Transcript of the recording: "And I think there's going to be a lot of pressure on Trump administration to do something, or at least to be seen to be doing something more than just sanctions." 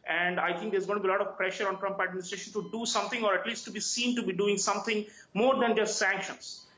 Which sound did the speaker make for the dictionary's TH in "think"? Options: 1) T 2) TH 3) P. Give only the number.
1